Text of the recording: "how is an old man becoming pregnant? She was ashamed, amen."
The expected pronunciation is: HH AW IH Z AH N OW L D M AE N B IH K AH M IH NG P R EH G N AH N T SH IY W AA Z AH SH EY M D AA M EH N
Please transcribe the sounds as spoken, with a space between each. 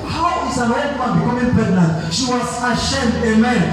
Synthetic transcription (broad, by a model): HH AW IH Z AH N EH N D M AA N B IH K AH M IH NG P EH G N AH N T SH IY W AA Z AH SH EY M D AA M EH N